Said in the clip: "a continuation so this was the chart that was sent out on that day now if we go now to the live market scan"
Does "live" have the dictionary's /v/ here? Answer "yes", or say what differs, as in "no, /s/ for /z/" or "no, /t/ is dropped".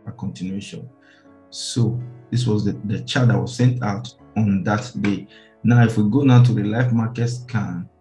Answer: no, /f/ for /v/